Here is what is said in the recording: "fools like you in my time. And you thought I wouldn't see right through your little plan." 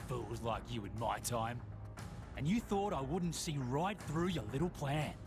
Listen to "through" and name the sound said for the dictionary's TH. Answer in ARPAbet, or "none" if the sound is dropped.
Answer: TH